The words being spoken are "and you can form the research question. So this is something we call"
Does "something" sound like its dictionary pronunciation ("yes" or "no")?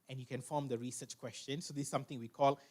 no